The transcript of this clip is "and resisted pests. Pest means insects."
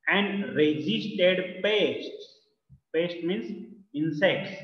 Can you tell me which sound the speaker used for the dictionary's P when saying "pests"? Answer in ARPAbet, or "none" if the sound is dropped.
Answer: P